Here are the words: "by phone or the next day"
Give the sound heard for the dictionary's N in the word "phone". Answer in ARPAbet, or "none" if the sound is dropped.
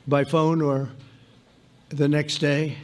N